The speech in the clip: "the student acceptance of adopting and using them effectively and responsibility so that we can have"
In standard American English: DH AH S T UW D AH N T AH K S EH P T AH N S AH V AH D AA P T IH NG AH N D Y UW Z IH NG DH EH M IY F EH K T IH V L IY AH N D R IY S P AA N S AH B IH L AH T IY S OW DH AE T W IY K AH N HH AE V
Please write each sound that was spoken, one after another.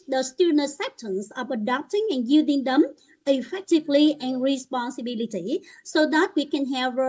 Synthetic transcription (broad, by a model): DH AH S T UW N AH S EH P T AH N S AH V AH D AA P T IH NG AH N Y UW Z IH NG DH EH M IY F EH K T IH V L IY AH N R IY S P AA N S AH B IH L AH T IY S OW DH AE T W IY K AH N HH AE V